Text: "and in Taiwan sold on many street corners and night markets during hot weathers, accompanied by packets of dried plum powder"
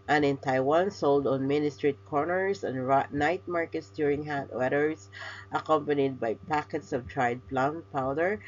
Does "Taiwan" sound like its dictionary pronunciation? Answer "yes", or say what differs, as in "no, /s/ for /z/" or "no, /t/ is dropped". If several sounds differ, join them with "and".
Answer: yes